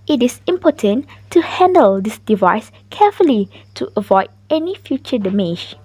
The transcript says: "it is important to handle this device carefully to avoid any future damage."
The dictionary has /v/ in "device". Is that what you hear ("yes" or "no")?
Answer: yes